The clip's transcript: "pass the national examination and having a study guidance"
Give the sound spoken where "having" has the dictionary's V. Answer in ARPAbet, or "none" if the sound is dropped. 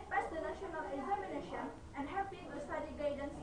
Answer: P